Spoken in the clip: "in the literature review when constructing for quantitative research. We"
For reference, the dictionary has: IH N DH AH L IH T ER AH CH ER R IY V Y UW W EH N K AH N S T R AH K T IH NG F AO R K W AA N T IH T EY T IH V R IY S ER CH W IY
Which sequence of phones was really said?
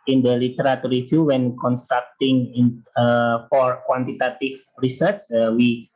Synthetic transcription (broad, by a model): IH N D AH L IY T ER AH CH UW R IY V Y UW W EH N K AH N S T R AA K T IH NG F AO R K W AA N T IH T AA T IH F R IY S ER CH W IY